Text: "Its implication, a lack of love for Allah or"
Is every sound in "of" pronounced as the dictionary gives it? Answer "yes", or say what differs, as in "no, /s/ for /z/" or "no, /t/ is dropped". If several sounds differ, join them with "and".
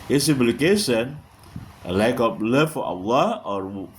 no, /b/ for /v/